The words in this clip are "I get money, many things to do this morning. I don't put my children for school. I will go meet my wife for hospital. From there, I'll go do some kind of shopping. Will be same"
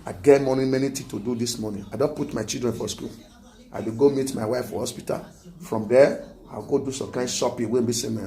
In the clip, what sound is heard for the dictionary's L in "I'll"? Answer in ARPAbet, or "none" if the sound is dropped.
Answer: W